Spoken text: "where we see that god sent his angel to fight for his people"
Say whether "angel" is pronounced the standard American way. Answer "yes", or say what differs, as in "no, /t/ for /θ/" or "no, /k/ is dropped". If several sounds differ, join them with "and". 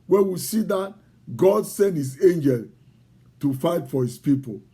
yes